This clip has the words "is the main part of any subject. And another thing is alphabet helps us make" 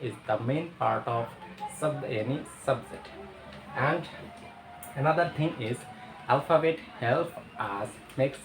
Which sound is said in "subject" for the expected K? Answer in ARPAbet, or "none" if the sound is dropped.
none